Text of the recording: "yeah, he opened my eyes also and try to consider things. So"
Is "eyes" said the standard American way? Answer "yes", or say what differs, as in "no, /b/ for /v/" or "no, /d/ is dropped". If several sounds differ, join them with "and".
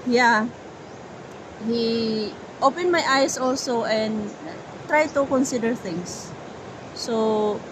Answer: no, /s/ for /z/